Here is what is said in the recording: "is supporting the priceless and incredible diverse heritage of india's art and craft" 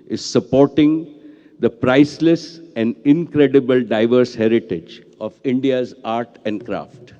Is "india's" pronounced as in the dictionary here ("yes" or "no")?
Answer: yes